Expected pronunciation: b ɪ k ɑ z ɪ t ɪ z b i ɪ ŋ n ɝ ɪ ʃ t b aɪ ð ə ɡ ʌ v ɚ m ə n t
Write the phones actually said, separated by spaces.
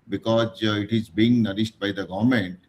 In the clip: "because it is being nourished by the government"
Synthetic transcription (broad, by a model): b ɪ k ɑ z ɪ t ɪ z b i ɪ ŋ n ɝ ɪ s t b aɪ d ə ɡ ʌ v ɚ m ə n t